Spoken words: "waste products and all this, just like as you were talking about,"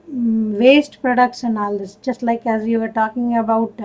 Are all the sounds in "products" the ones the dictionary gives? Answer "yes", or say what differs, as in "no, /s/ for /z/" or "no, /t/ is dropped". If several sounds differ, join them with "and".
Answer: no, /ʃ/ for /s/